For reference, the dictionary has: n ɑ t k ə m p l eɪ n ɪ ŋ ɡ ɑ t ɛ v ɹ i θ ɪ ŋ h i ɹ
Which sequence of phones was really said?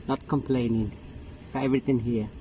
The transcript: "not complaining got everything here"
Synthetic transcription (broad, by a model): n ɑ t k ə m p l eɪ n ɪ ŋ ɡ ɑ ɛ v ɹ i t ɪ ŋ h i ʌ